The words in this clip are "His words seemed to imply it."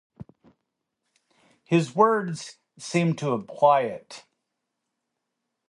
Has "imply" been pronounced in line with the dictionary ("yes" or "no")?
no